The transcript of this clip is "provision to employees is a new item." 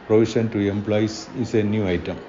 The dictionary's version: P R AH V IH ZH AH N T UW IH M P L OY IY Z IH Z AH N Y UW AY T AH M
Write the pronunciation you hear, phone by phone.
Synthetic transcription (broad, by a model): P R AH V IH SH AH N T UW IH M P L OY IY S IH S AH N Y UW AY T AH M